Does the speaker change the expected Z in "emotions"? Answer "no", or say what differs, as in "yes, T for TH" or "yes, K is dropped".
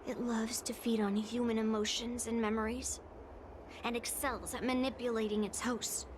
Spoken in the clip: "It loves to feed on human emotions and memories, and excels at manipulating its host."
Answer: no